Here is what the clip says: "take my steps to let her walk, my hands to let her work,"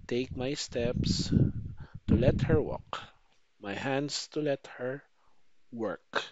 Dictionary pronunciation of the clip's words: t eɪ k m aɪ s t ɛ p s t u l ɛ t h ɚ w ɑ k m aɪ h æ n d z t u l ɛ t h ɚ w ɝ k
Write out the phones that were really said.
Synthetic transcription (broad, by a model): t eɪ k m aɪ s t ɛ p s t u l ɛ t h ɚ w ɑ k m aɪ h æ n d s t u l ɛ t h ɚ w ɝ k